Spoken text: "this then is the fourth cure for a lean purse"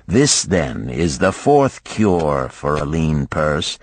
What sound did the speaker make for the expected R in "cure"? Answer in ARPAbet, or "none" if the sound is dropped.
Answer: R